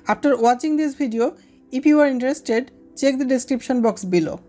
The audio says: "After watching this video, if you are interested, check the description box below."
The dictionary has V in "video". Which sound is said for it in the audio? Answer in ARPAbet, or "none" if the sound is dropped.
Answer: B